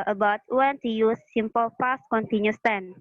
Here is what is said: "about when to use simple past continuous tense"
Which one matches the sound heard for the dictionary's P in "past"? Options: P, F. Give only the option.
F